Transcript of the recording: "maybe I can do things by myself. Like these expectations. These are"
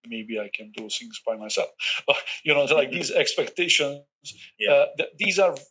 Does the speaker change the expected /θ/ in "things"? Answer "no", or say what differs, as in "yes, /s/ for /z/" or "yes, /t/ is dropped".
yes, /s/ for /θ/